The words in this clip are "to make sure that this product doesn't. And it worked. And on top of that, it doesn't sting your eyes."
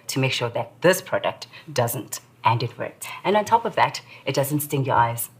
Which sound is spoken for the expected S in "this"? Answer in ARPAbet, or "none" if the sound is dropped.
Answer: S